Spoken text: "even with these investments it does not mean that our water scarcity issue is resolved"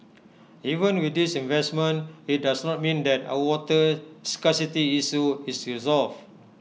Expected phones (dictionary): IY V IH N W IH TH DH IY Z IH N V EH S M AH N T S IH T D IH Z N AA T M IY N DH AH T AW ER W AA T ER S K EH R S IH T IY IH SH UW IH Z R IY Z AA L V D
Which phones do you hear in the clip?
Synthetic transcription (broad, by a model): IY V IH N W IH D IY S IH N V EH S M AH N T IH T D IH S N AA T M IY N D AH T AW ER W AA T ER S K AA S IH T IY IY S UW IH S R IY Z AA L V